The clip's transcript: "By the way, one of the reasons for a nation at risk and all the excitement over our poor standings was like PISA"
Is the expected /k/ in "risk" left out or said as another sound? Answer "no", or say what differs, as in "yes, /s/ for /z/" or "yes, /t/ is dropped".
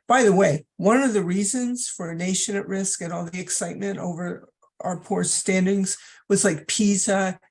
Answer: no